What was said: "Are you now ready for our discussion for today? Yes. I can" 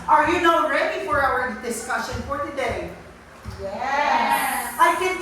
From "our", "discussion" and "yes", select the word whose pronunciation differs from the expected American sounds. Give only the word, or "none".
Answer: yes